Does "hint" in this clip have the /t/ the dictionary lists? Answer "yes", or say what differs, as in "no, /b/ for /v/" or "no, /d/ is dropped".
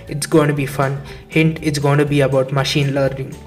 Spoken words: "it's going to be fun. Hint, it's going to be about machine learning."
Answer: yes